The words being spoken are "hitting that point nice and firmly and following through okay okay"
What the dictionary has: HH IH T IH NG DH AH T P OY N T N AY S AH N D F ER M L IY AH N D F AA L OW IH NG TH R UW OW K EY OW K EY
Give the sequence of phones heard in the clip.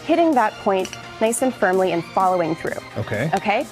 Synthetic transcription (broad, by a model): HH IH T IH NG DH AH T P OY N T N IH S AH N F ER M L IY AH N F AA L OW IH NG TH R UW OW K EY OW K EY